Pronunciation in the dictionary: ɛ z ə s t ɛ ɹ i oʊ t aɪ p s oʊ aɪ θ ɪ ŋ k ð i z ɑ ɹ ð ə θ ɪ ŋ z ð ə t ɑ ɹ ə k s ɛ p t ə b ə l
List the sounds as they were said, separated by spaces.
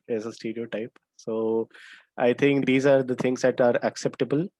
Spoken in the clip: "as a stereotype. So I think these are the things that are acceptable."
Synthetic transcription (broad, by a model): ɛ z ə s t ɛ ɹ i oʊ t aɪ p s oʊ aɪ t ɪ ŋ k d i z ɑ ɹ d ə t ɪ ŋ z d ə t ɑ ɹ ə k s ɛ p t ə b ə l